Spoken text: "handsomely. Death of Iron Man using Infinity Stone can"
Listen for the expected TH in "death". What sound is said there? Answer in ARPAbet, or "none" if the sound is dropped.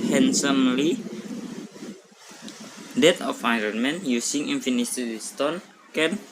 T